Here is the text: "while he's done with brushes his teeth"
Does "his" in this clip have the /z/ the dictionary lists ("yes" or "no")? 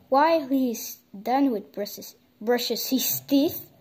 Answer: no